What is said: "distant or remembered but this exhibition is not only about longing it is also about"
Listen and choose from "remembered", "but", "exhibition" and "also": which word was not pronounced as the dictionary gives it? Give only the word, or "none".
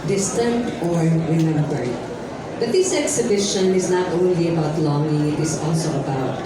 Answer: remembered